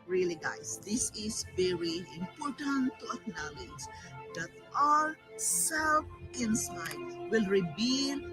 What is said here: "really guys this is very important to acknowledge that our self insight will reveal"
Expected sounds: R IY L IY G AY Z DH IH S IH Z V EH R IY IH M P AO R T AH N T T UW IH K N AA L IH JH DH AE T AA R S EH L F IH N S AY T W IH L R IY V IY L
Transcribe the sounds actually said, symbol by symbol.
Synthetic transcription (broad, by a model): R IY L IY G AY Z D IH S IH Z V EH R IY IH M P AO R T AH N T T UW IH K N AA L IH JH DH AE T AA L S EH L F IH N S AY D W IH L R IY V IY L